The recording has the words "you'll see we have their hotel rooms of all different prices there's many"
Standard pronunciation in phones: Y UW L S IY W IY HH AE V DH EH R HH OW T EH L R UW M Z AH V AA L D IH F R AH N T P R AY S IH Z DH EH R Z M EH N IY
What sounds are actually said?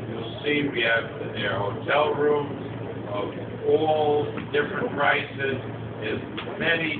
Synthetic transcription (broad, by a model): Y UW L S IY W IY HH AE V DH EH R HH OW T EH L R UW M Z AH V AA L D IH F R AH N T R AY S IH Z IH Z M EH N IY